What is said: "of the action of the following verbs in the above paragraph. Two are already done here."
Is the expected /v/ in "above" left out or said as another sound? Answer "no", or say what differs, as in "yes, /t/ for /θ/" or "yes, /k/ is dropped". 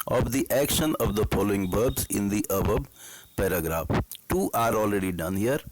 yes, /b/ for /v/